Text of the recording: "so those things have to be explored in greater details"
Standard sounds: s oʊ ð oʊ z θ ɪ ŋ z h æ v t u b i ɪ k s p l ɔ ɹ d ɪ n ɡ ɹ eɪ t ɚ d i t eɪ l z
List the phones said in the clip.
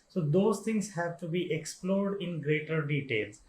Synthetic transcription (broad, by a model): s oʊ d oʊ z t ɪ ŋ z h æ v t u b i ɪ k s p l ɔ ɹ d ɪ n ɡ ɹ eɪ t ɚ d i t eɪ l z